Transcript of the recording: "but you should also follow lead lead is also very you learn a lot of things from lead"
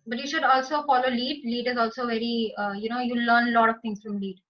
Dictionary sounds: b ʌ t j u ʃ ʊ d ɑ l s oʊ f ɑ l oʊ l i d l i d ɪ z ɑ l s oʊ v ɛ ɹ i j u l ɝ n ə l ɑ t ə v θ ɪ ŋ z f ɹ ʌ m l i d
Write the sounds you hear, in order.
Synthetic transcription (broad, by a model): b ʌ t j u ʃ ʊ d ɑ l s oʊ f ɑ l oʊ l i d l i d ɪ z ɑ l s oʊ v ɛ ɹ i j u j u l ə l ɑ t ə v t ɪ ŋ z f ɹ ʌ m l i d